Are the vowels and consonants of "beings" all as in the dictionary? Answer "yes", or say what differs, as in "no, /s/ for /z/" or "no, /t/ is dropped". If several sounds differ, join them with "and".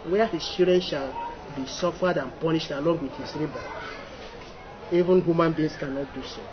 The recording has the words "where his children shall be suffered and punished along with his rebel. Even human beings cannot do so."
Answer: no, /s/ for /z/